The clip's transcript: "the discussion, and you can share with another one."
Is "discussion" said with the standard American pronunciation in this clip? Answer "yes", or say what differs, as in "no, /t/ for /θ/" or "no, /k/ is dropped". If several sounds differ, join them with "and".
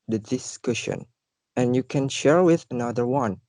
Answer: yes